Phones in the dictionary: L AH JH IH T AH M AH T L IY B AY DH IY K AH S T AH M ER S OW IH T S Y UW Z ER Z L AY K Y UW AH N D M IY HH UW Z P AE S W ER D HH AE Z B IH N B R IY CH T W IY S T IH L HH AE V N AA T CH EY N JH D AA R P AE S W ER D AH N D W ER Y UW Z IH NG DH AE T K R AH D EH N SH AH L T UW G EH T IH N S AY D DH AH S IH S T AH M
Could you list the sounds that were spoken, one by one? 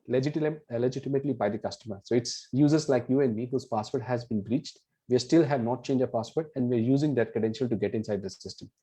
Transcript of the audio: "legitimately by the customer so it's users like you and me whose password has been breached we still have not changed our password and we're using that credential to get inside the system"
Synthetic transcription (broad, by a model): L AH JH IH T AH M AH T L IY B AY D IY K AH S T AH M ER S OW IH T S Y UW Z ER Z L AY K Y UW AH N D M IY HH UW Z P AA S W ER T HH AE Z B IH N B R IY CH T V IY S T IH L HH AE V N AA T CH EY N JH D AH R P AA S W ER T AH N D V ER Y UW Z IH NG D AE T K R AH D EH N SH AH L T UW G EH T IH N S AY D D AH S IH S T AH M